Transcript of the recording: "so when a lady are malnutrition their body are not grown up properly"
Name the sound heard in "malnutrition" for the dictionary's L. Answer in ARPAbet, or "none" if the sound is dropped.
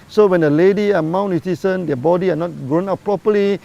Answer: W